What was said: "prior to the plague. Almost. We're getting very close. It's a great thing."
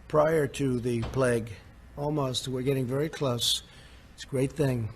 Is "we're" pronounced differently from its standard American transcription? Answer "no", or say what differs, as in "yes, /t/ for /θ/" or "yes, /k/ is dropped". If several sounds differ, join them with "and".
no